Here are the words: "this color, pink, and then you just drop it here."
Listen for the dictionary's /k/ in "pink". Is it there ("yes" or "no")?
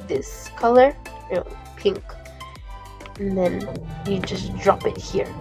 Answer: yes